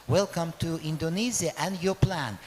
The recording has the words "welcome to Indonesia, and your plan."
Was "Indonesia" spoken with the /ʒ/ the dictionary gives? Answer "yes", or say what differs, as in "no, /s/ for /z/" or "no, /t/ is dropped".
no, /z/ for /ʒ/